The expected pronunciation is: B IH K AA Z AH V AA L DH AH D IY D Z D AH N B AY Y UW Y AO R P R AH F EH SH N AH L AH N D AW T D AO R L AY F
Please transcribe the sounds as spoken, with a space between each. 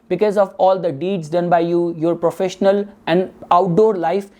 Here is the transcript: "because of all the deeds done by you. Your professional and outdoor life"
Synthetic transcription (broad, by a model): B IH K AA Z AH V AA L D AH D IY D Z D AH N B AY Y UW Y AO R P R AH F EH SH N AH L AH N D AW T D AO R L AY F